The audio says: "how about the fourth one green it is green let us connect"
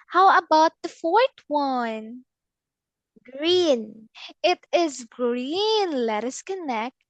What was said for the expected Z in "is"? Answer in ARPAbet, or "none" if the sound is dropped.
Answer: Z